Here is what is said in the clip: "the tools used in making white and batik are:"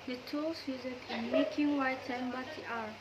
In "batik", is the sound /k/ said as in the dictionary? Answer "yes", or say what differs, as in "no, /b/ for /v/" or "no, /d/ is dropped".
no, /k/ is dropped